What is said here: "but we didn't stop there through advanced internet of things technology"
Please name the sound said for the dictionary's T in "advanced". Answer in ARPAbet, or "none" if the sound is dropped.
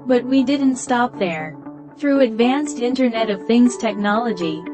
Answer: T